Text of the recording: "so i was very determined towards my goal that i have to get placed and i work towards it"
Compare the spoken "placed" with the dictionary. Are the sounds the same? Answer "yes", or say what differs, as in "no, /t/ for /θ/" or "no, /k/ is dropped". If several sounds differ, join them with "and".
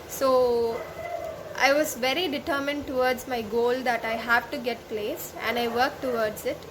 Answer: no, /t/ is dropped